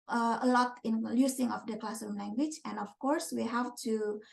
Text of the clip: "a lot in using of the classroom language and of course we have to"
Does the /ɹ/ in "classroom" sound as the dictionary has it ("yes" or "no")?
no